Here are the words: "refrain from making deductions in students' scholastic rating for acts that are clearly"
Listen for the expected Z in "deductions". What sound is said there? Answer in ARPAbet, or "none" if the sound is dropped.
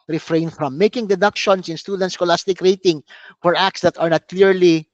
S